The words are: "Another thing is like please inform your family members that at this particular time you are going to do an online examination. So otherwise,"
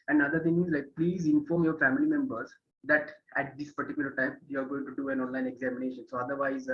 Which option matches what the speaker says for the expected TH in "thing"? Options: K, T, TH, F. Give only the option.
T